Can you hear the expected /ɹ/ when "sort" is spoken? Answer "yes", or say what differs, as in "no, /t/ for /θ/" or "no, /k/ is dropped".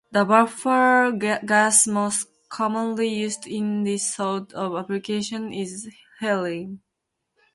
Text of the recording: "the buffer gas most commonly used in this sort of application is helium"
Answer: no, /l/ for /ɹ/